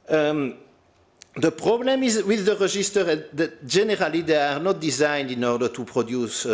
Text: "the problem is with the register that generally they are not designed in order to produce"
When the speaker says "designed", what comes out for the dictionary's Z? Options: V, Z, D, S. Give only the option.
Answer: Z